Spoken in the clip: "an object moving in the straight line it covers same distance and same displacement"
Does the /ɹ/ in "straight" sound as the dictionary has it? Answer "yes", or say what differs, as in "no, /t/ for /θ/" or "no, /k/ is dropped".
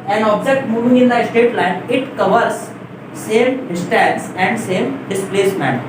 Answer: no, /ɹ/ is dropped